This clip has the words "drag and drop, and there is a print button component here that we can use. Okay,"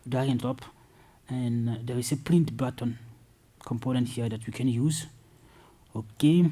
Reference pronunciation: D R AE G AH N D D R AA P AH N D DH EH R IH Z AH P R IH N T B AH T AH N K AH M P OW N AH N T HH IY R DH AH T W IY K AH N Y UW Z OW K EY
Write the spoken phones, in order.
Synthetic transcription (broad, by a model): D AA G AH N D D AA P AH N D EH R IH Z AH P L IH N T B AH T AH N K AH M P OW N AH N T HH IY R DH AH T W IY K AH N Y UW Z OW K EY